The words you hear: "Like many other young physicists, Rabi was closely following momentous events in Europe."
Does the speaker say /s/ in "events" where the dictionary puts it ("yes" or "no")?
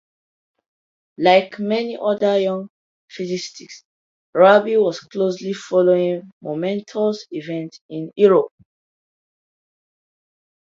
no